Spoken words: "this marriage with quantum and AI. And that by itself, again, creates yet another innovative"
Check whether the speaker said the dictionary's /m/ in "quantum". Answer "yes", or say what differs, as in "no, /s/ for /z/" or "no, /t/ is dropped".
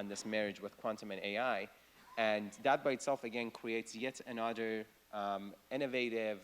yes